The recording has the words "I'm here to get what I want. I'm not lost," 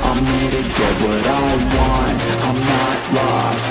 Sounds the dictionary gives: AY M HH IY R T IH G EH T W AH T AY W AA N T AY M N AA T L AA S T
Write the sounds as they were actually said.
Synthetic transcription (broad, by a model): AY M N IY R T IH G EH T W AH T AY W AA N AY M N AA T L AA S